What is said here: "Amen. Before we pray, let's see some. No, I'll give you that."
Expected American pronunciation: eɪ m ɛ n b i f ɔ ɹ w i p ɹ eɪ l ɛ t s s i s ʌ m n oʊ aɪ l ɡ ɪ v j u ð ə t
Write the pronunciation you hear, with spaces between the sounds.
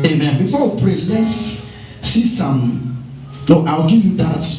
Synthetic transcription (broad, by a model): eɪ m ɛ n b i f ɔ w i p ɹ eɪ l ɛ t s s i s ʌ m l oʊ aɪ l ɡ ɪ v j u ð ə t